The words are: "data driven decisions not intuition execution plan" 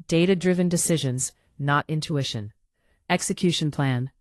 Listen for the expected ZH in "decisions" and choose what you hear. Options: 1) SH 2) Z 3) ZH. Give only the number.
3